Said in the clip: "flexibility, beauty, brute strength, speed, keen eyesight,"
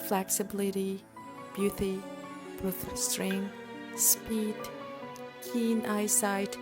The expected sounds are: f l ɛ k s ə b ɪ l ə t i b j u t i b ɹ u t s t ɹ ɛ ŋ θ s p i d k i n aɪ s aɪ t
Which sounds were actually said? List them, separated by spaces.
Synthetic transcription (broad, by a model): f l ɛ k s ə b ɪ l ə t i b j u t i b ɔ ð s t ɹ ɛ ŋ s p i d k i n aɪ s aɪ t